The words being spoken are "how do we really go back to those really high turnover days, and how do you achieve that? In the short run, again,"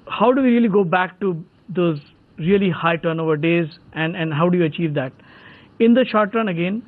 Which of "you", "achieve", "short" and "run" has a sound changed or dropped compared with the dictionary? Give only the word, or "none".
none